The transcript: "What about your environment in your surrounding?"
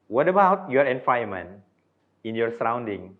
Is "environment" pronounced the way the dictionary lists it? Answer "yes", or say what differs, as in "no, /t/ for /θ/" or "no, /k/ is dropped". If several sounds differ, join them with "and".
no, /ɹ/ is dropped and /n/ is dropped